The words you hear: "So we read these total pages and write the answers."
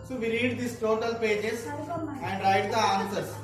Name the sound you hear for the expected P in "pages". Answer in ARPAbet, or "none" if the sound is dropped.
P